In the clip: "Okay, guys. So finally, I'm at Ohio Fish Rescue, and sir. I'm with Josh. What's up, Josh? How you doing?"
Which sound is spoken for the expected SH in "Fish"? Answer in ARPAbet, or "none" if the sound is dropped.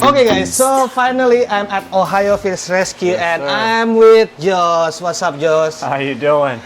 S